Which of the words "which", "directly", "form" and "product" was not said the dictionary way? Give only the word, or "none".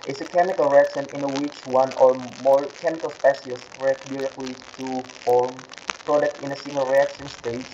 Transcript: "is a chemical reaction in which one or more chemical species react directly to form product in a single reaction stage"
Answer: none